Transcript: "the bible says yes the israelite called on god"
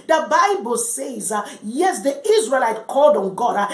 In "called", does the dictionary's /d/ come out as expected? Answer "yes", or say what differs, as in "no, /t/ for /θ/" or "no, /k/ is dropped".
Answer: yes